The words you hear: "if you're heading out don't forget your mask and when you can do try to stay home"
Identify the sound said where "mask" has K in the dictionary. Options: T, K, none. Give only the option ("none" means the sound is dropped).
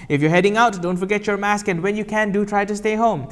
K